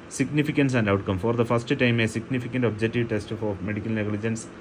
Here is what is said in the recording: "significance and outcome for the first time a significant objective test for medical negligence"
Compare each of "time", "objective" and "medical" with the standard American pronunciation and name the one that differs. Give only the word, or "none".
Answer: none